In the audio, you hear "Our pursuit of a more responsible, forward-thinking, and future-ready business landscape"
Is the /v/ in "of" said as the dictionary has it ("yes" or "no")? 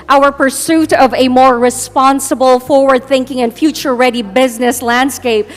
yes